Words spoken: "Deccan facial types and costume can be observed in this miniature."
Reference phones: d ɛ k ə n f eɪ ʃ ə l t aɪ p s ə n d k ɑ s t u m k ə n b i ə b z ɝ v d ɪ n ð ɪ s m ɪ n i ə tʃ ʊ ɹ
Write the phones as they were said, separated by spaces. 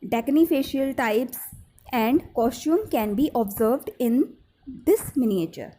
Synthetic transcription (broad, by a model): d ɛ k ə n f eɪ ʃ ə l t aɪ p s ə n d k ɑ s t u m k ə n b i ə b z ɝ v d ɪ n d ɪ s m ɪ n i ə tʃ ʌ ɹ